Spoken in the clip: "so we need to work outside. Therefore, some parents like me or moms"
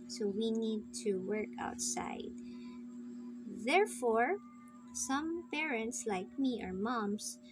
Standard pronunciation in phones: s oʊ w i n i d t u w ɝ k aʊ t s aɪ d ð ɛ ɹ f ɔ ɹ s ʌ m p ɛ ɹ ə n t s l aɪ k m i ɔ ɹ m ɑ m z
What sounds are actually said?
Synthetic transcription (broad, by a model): s oʊ w i n i d t u w ɝ k aʊ t s aɪ d ð ɛ ɹ f ɔ ɹ s ʌ m p ɛ ɹ ə n t s l aɪ k m i ɔ ɹ m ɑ m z